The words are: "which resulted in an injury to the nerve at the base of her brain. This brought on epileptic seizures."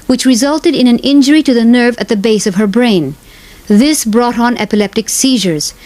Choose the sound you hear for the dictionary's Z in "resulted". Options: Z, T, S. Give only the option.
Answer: Z